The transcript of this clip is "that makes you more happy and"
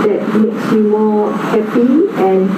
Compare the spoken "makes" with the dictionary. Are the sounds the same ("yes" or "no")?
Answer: yes